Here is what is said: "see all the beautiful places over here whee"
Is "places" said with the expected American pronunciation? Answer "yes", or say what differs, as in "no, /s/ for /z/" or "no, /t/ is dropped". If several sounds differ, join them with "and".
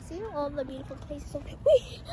no, /l/ is dropped